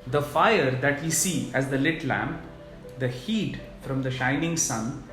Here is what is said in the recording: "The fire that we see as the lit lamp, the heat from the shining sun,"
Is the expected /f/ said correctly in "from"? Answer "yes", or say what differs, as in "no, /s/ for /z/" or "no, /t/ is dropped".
yes